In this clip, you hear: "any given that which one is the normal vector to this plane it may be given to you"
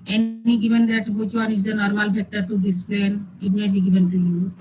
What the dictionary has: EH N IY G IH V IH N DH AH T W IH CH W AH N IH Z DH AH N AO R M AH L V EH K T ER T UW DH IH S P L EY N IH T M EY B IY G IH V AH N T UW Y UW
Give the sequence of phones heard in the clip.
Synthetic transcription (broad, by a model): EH N IY G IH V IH N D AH T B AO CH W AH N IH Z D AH N AO R M AH L F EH K T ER T UW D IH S P L EY N IH T M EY B IY G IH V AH N T UW Y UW